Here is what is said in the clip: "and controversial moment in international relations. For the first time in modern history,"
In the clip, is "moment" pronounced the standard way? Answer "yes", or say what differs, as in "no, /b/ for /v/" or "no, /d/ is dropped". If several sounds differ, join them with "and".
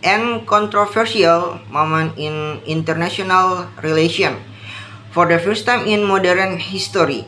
no, /t/ is dropped